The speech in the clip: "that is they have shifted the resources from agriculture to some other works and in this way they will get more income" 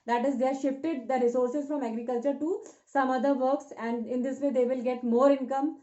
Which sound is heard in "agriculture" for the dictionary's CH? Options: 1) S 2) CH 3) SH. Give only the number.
2